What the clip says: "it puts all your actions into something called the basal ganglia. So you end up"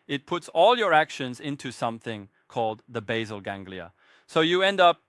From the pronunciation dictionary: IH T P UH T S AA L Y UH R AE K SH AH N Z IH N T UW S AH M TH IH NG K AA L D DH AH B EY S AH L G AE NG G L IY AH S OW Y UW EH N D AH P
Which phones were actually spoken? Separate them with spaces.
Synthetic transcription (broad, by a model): IH T P UH T S AA L Y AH R AE K SH AH N Z IH N T UW S AH M TH IH NG K AA L D DH AH B EY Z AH L G AE NG G L IY AH S OW Y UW EH N D AH P